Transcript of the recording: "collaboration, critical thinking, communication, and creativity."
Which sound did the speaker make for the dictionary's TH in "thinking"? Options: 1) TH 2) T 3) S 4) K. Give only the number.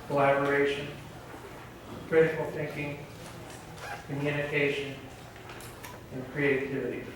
1